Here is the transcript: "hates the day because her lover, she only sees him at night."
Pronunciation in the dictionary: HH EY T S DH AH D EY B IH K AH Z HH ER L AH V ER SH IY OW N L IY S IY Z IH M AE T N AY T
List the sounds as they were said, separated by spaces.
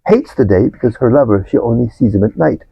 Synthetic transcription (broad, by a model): HH EY T S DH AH D EY B IH K AH Z HH ER L AH V ER SH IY OW N L IY S IY Z IH M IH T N AY T